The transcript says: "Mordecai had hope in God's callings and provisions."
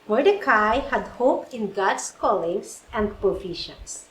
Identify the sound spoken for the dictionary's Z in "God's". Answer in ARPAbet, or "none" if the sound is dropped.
S